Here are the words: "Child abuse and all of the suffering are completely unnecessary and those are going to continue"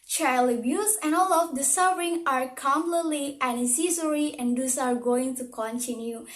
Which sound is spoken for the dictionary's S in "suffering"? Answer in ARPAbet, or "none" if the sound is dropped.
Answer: S